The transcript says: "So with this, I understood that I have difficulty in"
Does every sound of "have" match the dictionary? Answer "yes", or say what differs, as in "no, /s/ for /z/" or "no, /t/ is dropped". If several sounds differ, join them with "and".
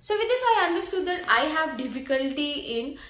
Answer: yes